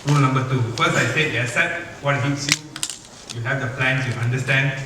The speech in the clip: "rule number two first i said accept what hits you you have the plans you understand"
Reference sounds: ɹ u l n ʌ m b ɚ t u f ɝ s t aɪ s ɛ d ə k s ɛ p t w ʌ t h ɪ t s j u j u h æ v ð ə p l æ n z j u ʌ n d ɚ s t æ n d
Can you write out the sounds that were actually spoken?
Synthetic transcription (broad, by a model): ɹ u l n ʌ m b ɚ t u f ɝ s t aɪ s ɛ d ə s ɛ t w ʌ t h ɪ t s j u j u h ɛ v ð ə p l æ n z j u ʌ n d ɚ s t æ n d